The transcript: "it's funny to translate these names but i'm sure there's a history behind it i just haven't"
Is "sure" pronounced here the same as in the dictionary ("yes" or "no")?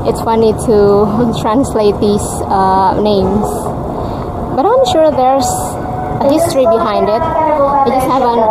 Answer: yes